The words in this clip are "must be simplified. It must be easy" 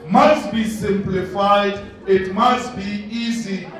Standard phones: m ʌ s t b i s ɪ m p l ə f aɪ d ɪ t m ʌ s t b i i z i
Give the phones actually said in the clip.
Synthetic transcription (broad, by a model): m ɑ s t b i s ɪ m p l ə f aɪ d ɪ t m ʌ s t b i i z i